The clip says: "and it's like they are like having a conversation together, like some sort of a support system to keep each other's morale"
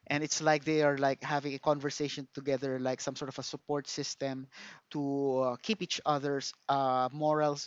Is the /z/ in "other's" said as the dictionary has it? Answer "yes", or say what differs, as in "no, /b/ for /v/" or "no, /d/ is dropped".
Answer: no, /s/ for /z/